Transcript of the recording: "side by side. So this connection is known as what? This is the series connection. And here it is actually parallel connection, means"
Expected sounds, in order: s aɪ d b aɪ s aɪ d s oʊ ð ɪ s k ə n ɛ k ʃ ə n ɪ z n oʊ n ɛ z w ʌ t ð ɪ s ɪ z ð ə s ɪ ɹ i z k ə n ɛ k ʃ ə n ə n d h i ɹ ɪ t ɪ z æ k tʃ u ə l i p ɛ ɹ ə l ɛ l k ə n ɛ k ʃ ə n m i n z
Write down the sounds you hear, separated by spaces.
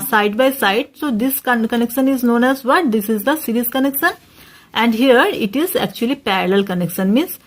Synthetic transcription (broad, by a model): s aɪ d b aɪ s aɪ d s oʊ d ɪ s k ə n ɛ k ʃ ə n ɪ z n oʊ n ɛ z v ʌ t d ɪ s ɪ z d ə s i ɹ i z k ə n ɛ k ʃ ə n ə n d h i ɹ ɪ t ɪ z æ k tʃ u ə l i p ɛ ɹ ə l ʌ l k ə n ɛ k ʃ ə n m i n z